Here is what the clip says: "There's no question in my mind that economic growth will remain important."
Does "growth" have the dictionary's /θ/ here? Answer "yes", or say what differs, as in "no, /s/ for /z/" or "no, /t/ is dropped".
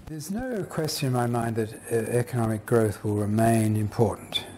yes